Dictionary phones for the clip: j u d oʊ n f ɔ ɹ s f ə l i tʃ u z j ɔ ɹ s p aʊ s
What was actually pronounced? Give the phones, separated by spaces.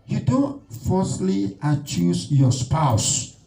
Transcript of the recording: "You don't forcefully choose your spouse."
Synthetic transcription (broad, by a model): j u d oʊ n f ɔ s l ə i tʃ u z j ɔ s p aʊ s